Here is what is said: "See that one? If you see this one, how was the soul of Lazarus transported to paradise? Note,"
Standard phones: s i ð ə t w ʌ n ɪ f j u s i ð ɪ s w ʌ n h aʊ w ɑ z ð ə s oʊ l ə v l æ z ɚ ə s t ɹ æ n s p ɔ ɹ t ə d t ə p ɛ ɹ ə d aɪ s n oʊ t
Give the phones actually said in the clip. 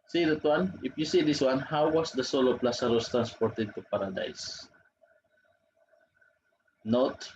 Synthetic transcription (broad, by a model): s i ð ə t w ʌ n ɪ f j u s i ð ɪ s w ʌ n h aʊ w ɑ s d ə s oʊ l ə p l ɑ s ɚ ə s t ɹ æ n s p ɔ ɹ t ə d t ə p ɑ ɹ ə d aɪ s n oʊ t